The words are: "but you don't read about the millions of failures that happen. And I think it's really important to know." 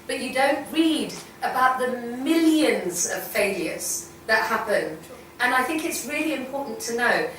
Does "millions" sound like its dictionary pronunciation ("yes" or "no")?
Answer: yes